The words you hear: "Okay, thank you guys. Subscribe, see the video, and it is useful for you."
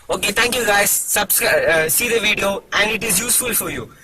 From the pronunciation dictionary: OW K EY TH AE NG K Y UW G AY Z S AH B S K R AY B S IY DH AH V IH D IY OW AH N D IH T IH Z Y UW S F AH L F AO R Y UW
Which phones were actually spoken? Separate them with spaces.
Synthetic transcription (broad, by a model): OW K EY T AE NG K Y UW G AY Z S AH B S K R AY S IY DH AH V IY D IY OW AH N D IH T IH Z Y UW S F AH L F AO R Y UW